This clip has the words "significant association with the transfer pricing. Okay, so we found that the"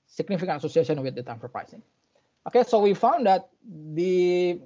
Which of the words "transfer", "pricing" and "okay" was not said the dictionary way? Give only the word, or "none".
transfer